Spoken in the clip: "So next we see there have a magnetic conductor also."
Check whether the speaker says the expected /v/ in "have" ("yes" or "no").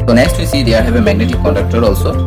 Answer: no